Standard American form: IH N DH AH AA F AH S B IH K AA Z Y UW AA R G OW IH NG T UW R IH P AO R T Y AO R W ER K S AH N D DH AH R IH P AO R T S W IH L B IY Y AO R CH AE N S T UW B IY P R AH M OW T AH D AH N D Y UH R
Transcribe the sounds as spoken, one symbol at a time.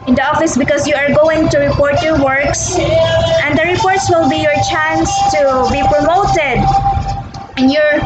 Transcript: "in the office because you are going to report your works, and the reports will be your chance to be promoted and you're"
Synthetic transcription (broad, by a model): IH N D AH AA F AH S B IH K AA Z Y UW AA R G OW IH NG T UW R IH P AO R T Y AO R W ER K S AH N D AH R IH P AO R T S W IH L B IY Y AO R CH AE N S T UW B IY P R AH M OW T AH D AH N Y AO R